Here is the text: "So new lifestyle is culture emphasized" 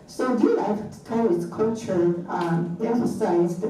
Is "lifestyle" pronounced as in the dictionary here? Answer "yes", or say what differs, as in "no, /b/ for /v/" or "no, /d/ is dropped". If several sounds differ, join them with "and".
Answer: no, /s/ is dropped